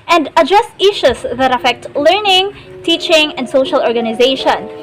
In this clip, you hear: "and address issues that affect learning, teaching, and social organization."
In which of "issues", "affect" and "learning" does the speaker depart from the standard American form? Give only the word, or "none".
issues